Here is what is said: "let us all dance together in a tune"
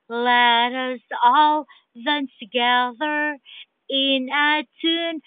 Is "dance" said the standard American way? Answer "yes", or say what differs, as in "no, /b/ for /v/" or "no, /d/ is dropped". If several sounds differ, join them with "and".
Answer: no, /s/ is dropped